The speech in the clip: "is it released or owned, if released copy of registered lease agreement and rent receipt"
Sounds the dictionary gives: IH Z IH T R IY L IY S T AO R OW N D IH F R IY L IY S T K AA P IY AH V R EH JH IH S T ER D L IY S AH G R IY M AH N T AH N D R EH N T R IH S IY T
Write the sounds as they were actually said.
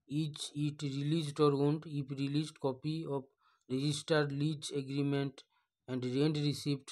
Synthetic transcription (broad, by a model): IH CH IH T R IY L IY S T AO R OW N D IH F R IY L IY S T K AA P IY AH P R EH JH IH S T ER D L IY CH AH G R IY M AH N T AH N D R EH N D R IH S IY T